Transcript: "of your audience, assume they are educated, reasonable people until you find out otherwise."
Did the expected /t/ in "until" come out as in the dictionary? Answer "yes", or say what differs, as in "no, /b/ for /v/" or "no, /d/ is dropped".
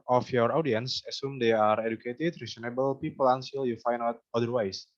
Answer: no, /s/ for /t/